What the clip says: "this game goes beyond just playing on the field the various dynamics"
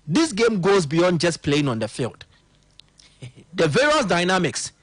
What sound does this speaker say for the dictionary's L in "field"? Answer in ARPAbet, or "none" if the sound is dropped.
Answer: L